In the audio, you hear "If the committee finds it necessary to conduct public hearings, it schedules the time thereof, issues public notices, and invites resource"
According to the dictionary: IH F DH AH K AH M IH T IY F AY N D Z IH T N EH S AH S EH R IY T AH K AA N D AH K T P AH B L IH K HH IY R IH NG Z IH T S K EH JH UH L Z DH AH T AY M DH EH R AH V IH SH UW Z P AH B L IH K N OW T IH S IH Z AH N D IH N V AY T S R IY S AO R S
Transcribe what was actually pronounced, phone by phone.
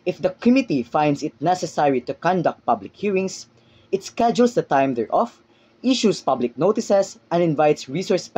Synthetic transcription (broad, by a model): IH F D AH K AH M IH T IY F AY N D S IH T N EH S AH S EH R IY T AH K AA N D AH K T P AH B L IH K HH IY R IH NG S IH T S K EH JH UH L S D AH T AY M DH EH R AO F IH SH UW S P AH B L IH K N OW T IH S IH S AH N D IH N V AY T S R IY S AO R S